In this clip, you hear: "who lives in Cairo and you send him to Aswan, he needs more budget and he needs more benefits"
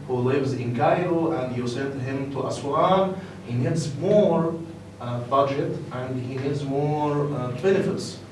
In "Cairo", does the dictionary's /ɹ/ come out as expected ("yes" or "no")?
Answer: no